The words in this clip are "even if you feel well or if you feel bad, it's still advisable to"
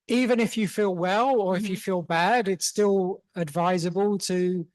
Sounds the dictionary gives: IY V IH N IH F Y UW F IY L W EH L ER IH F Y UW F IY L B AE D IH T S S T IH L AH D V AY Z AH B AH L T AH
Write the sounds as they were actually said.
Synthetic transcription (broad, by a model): IY V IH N IH F Y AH F IY L W EH L ER IH F Y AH F IY L B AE D IH T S S T IH L AH D V AY Z AH B AH L T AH